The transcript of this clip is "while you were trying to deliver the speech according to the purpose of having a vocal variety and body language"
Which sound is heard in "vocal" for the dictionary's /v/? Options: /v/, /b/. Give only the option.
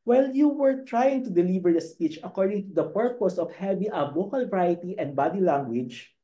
/b/